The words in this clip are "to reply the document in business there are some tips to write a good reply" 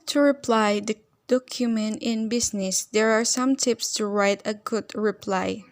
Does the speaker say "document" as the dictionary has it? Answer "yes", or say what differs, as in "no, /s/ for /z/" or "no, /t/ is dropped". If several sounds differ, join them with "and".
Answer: yes